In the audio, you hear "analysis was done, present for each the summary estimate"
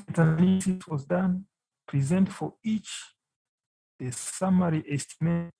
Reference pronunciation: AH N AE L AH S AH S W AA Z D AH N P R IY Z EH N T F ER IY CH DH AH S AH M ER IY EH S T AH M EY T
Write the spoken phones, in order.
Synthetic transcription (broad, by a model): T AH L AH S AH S W AA Z D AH N P R IY Z EH N T F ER IY CH DH AH S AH M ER IY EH S T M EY